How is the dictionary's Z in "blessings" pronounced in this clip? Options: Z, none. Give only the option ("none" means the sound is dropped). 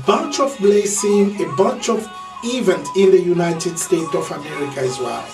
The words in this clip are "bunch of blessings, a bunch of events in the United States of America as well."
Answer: none